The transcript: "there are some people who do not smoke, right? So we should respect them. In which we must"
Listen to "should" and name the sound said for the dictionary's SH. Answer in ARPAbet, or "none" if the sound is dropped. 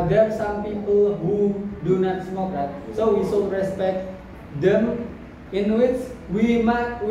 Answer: S